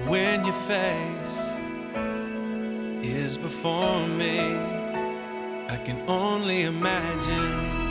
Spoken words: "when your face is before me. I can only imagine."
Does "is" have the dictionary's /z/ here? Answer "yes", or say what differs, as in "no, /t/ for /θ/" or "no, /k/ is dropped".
yes